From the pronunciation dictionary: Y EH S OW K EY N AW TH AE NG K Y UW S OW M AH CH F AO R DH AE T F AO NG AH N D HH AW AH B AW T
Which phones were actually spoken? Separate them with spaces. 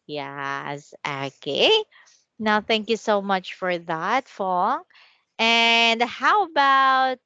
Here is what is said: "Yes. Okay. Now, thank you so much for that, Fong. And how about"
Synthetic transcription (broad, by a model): Y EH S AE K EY N AW TH AE NG K Y UW S OW M AH CH F AO R DH AE T F AO NG AH N D HH AW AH B AW T